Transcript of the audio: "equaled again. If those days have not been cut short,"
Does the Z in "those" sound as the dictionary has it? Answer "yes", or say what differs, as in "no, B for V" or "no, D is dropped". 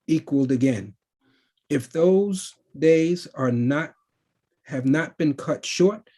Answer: yes